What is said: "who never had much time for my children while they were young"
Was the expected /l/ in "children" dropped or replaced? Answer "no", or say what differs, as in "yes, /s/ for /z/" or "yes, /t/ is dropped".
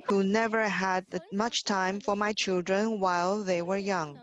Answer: no